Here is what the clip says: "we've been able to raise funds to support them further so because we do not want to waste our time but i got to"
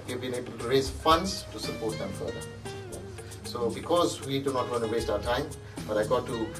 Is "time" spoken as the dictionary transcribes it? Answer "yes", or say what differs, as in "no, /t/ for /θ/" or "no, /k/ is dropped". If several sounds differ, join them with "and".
yes